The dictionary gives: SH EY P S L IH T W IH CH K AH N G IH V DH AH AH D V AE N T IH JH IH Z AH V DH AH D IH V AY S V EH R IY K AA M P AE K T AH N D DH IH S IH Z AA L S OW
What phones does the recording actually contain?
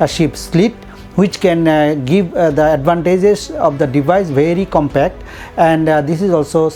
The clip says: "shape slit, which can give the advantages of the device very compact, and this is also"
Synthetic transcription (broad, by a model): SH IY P S L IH T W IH CH K AH N G IH V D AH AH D V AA N T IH JH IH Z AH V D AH D IH V AY S V EH R IY K AA M P AE K T AH N D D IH S IH Z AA L S OW